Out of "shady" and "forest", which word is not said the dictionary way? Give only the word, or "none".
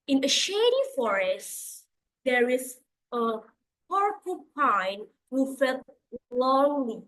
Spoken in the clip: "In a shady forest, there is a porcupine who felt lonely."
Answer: none